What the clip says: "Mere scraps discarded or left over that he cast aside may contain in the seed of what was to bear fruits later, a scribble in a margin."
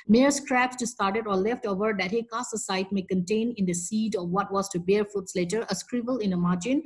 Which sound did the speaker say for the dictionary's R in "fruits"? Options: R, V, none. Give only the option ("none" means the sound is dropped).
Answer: none